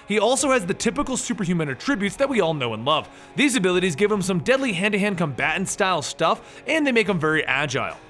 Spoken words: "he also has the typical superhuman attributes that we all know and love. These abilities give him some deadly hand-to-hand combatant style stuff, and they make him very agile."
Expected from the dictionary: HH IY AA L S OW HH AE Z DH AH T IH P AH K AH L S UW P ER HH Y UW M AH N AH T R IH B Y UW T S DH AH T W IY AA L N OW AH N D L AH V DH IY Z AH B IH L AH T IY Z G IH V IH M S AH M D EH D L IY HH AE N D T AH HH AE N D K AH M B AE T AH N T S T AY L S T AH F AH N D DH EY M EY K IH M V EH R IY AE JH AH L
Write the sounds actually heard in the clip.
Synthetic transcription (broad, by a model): HH IY AA L S OW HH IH Z DH AH T IH P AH K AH L S UW P ER Y UW M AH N AH T R IH B Y UW T S DH AH T W IY AA L N OW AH N L AH V DH IY Z AH B IH L AH T IY Z G IH V IH M S AH M D EH D L IY HH AE N D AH HH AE N K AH M B AE T N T S T AY L S T AH F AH N DH EY M EY K IH M V EH R IY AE JH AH L